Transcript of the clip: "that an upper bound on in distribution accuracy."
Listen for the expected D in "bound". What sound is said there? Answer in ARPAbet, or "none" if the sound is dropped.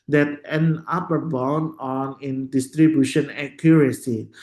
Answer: none